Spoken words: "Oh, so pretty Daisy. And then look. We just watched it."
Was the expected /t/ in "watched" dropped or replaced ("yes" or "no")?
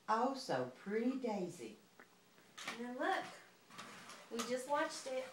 no